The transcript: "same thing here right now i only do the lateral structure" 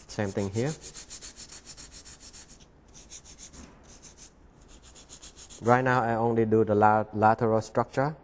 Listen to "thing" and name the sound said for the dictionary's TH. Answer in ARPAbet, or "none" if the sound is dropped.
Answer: T